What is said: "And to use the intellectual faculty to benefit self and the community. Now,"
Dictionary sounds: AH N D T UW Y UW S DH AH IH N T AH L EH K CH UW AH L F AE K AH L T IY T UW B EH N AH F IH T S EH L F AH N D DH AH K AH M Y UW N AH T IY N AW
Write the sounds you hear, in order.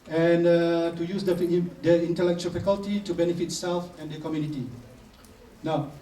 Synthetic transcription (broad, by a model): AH N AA T UW Y UW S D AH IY N T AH L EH K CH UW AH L F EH K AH L T IY T UW B EH N AH F IH T S EH L F AH N D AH K AH M Y UW N AH T IY N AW